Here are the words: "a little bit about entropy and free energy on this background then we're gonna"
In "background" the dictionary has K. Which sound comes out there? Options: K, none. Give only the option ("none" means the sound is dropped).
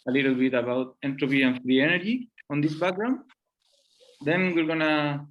none